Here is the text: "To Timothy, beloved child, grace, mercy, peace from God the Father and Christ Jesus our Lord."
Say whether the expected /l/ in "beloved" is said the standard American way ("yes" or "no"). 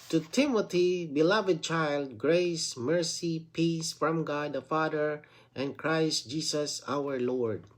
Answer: yes